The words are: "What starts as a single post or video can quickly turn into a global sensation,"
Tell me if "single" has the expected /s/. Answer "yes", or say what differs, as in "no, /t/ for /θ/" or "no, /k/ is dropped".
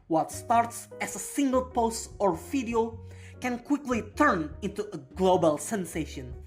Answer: yes